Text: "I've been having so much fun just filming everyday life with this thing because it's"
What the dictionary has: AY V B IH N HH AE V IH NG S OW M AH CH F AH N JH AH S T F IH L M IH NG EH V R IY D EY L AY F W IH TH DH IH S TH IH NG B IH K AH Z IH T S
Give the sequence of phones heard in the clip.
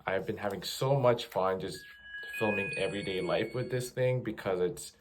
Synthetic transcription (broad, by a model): AY V B IH N HH AE V IH NG S OW M AH CH F AH N JH AH S T F IH L M IH NG EH V R IY D EY L AY F W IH DH IH S TH IH NG B IH K AH Z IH T S